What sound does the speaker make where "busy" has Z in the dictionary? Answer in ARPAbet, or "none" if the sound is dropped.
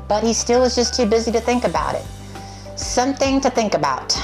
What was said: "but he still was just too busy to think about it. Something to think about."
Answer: Z